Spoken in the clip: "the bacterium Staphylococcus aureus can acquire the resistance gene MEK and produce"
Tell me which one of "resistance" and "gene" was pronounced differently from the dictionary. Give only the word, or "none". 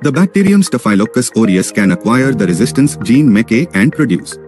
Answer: none